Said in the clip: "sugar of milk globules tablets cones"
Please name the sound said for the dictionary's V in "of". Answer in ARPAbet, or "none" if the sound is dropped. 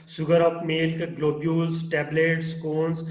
P